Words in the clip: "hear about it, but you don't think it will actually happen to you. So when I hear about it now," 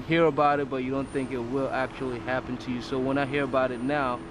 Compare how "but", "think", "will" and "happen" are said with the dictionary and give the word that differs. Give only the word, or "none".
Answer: none